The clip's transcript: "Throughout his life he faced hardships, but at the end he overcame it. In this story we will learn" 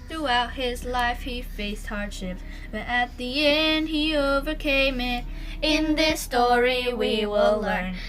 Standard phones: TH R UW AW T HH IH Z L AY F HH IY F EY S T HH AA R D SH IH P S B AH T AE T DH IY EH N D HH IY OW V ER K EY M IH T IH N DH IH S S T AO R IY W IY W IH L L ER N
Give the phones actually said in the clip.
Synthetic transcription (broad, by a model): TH R UW AW T HH IH Z L AY F HH IY F EY S T HH AA R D SH IH P B AH T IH T DH IY EH N D HH IY OW V ER K EY M IH T IH N DH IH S S T AO R IY W IY W IH L L ER N